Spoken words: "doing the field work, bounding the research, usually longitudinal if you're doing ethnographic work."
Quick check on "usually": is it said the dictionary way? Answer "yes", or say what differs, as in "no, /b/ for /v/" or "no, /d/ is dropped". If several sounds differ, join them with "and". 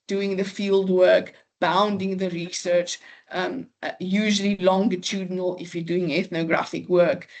yes